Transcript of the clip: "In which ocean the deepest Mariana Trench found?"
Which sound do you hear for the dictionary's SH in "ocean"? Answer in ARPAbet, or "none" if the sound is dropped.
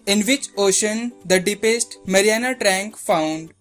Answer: SH